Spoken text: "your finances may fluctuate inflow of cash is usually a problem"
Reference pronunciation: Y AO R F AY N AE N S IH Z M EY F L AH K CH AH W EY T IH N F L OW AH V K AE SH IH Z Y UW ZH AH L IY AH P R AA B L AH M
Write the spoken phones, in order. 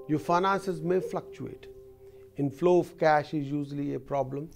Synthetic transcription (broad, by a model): Y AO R F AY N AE N S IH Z M EY F L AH K CH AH EY T IH N F L OW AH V K AE SH IH Z Y UW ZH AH L IY AH P R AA B L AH M